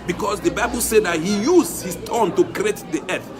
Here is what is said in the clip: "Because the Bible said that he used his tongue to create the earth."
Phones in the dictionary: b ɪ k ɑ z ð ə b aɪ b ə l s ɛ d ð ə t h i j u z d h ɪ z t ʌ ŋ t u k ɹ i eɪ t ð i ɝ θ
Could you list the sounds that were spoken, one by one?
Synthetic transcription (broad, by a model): b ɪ k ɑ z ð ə b aɪ b ə l s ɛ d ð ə t h i j u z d h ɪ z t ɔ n t u k ɹ i eɪ t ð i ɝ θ